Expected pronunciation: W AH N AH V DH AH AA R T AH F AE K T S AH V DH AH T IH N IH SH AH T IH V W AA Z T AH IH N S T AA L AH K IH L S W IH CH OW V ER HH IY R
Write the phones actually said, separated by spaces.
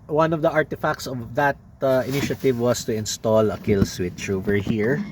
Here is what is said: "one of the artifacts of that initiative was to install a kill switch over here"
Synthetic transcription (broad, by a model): W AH N AH V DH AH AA R T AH F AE K T S AH V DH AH T IH N IH SH AH T IH V W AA S T AH IH N S T AA L AH K IH L S W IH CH OW V ER HH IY R